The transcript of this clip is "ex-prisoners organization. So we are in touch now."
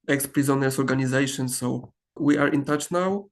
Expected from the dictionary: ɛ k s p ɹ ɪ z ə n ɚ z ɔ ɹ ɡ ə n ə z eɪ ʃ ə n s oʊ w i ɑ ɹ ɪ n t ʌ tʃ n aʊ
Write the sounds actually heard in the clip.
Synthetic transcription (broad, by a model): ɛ k s p ɹ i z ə n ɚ s ɔ ɹ ɡ ə n ə z eɪ ʃ ə n s oʊ w i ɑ ɹ ɪ n t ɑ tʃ n aʊ